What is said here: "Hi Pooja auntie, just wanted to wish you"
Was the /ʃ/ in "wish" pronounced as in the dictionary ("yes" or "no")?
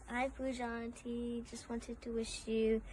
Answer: yes